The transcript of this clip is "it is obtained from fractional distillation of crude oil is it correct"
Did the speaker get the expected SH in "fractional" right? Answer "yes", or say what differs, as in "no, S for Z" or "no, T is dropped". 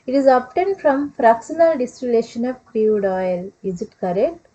no, S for SH